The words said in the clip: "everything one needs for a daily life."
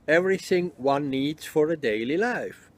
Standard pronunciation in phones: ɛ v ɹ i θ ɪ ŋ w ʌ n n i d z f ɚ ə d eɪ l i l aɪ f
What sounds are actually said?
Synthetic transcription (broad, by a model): ɛ v ɹ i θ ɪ ŋ w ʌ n n i d z f ɚ ə d eɪ l i l aɪ f